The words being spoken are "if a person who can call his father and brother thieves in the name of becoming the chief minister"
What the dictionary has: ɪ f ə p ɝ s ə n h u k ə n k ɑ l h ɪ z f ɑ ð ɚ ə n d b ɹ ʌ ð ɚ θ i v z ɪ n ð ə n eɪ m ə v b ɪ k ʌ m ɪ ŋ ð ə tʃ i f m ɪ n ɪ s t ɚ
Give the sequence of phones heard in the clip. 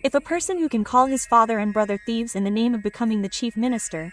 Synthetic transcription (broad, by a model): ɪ f ə p ɝ s ə n h u k ə n k ɑ l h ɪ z f ɑ ð ɚ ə n b ɹ ʌ ð ɚ θ i v z ɪ n ð ə n eɪ m ə v b ɪ k ʌ m ɪ ŋ ð ə tʃ i f m ɪ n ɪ s t ɚ